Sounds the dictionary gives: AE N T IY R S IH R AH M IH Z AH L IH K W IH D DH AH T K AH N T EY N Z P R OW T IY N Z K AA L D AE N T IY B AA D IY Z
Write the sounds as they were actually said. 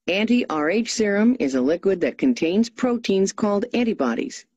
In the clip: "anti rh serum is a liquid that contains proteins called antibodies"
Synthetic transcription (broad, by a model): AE N T IY R S IH R AH M IH Z AH L IH K W IH D DH AH T K AH N T EY N Z P R OW T IY N Z K AA L D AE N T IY B AA D IY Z